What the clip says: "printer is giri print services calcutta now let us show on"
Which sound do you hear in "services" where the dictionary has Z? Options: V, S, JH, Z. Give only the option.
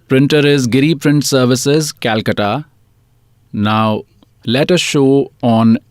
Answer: Z